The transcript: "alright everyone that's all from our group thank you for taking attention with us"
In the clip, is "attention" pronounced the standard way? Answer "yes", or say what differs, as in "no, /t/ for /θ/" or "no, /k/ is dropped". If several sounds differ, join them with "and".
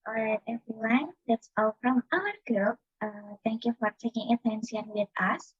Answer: no, /s/ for /ʃ/